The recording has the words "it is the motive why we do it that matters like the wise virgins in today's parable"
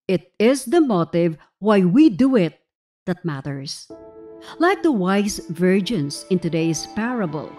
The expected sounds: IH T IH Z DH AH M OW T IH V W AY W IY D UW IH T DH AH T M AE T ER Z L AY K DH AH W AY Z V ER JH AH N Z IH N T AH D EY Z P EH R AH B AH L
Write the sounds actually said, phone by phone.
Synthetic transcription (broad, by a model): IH T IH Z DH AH M OW T IH V W AY W IY D UW IH T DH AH T M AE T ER S L AY K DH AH W AY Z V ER JH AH N S IH N T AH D EY S P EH R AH B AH L